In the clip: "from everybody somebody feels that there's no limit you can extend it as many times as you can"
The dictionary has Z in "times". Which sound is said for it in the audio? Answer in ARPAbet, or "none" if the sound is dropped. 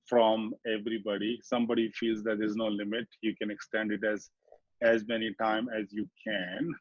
none